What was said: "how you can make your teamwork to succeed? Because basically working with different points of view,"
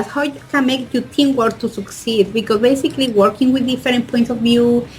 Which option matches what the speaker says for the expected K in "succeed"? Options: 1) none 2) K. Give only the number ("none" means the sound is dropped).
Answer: 2